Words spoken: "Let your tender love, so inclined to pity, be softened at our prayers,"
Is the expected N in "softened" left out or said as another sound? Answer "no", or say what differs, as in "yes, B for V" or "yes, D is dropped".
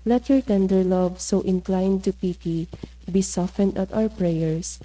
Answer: no